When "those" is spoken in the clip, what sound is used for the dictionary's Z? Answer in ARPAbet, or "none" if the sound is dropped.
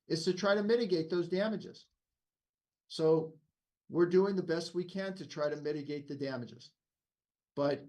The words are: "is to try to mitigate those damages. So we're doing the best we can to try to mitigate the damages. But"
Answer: Z